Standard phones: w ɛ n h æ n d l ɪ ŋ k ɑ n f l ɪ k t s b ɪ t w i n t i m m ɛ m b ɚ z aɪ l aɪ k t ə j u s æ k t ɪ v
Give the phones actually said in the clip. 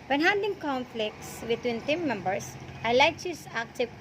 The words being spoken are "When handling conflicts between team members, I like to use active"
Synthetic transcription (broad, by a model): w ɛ n h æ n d ɪ ŋ k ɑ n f l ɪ k t s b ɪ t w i n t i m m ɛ m b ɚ s aɪ l aɪ k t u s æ k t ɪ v